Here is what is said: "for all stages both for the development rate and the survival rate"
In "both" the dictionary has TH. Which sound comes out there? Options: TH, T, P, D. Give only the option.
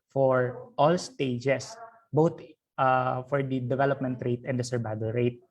T